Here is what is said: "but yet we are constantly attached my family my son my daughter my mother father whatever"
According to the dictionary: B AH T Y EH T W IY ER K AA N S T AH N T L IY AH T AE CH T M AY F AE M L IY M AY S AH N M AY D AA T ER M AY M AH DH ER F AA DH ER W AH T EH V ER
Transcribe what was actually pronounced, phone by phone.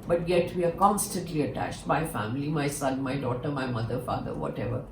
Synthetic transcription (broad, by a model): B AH T Y EH T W IY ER K AA N S T AH N T L IY AH T AE CH T M AY F AE M L IY M AY S AH N M AY D AA T ER M AY M AH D ER F AA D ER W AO T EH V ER